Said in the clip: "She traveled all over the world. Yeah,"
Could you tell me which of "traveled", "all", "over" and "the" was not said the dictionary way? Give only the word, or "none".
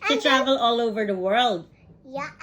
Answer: traveled